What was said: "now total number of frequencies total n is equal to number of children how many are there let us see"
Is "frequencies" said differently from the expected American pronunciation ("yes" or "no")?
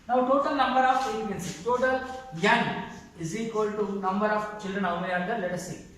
yes